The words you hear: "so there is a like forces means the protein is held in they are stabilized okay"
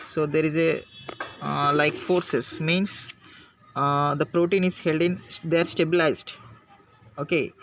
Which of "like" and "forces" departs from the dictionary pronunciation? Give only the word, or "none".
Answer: forces